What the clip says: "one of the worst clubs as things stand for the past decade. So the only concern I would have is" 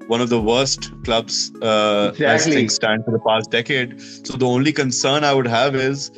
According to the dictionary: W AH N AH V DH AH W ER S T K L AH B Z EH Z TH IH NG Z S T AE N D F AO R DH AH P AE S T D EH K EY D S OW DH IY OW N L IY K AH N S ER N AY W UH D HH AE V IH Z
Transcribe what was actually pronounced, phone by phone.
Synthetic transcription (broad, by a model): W AH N AH V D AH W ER S T K L AH B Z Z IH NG S T AE N D F AO R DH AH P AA S T D EH K EY D S OW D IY OW N L IY K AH N S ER N AY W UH D HH AE V IH Z